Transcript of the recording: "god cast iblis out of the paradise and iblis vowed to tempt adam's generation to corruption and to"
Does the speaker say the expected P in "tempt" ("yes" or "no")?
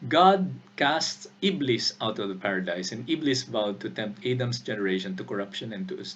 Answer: yes